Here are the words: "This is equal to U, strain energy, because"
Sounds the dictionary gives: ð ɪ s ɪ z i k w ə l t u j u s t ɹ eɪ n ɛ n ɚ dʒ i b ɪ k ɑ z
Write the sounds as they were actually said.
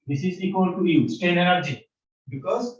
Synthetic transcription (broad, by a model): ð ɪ s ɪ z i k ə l t u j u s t eɪ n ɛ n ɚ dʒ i b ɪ k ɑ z